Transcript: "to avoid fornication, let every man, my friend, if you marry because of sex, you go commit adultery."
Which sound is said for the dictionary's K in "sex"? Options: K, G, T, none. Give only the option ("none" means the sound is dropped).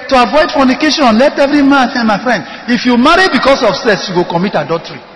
none